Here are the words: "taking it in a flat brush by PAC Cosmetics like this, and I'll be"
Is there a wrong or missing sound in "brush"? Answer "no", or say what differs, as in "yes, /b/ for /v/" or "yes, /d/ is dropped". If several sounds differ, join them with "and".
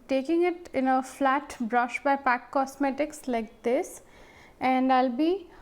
no